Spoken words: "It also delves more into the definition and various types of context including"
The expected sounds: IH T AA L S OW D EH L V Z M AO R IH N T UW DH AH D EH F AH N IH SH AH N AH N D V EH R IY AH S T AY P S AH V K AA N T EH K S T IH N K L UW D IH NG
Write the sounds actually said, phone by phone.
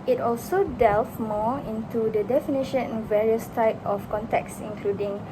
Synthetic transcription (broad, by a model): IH T AA L S OW D EH L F M AO IH N T UW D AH D EH F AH N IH SH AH N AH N V EH R IY AH S T AY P AH F K AA N T EH K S IH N K L UW D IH NG